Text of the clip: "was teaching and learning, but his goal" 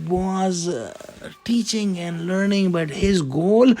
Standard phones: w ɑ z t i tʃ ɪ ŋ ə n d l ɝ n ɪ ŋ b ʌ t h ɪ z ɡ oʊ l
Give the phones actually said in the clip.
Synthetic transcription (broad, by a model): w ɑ z t i tʃ ɪ ŋ ə n d l ɝ n ɪ ŋ b ʌ t h ɪ z ɡ oʊ l